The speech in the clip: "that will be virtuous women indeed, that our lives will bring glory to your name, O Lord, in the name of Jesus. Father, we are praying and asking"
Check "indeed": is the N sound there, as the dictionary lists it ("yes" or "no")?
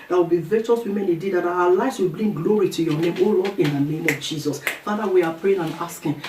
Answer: no